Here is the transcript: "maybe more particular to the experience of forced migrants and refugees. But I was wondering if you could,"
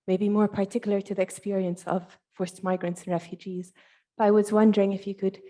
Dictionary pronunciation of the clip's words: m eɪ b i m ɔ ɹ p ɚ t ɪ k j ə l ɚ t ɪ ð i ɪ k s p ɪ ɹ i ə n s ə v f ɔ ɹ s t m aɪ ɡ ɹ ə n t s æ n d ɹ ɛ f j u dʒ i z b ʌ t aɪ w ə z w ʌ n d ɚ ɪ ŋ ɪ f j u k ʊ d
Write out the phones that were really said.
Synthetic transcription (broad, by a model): m eɪ b i m ɔ ɹ p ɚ t ɪ k j l ɚ t ɪ ð i ɪ k s p ɪ ɹ i ə n s ə v f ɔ ɹ s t m aɪ ɡ ɹ ə n t s n ɹ ɛ f j u dʒ i z b ʌ t aɪ w ə z w ʌ n d ɚ ɪ ŋ ɪ f j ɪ k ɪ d